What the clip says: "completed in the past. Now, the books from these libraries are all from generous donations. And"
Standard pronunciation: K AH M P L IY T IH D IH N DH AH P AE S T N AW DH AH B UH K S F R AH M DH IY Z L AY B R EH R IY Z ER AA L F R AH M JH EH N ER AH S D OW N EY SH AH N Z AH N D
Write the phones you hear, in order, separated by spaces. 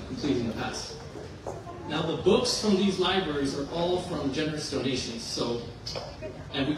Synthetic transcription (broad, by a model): K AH M P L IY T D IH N DH AH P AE S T N AW DH AH B UH K S F R AH M DH IY Z L AY B R EH R IY Z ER AA L F R AH M JH EH N ER AH S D OW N EY SH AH N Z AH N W